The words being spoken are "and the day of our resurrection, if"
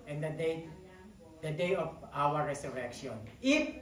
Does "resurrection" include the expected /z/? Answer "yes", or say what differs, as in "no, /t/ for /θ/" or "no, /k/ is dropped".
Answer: no, /s/ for /z/